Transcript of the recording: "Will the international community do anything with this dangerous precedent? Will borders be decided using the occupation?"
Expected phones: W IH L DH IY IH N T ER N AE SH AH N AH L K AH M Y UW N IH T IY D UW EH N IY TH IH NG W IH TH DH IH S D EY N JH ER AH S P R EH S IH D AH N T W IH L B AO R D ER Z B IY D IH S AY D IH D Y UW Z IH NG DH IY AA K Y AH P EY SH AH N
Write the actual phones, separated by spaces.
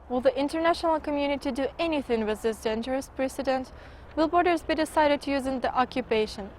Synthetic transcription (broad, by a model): W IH L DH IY IH N T ER N AE SH AH N AH L K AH M Y UW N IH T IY D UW EH N IY TH IH NG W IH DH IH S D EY N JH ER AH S P R EH S IH D AH N T W IH L B AO R D ER Z B IY D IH S AY D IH D Y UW Z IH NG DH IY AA K Y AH P EY SH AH N